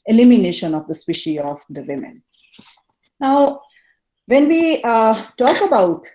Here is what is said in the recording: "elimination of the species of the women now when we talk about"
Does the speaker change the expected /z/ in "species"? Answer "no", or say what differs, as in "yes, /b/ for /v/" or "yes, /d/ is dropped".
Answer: yes, /z/ is dropped